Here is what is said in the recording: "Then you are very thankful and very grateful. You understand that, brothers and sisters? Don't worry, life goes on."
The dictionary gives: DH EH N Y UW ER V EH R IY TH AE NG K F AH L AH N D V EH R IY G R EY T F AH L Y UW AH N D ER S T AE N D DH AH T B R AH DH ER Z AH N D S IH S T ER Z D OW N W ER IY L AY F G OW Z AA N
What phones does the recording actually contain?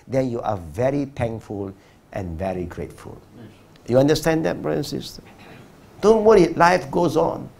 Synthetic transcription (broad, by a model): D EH N Y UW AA V EH R IY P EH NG F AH L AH N V EH R IY G R EY T F AH L Y UW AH N D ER S T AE N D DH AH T B R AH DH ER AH N S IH S T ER D OW N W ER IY L AY F G OW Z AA N